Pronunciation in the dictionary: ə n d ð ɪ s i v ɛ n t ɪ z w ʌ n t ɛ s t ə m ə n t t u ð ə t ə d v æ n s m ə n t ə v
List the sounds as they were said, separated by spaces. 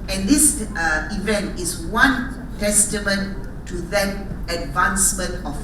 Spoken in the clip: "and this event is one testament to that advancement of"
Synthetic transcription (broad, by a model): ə n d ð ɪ s i v ɛ n t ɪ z w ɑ n t ɛ s t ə m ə n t t u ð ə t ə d v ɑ n s m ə n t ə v